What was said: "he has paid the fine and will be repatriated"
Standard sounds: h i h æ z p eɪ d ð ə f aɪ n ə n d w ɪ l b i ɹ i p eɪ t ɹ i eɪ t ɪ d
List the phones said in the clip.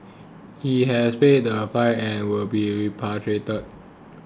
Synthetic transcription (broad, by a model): h i h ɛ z p eɪ d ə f aɪ ə n w ɪ l b i ɹ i p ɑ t ɹ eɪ t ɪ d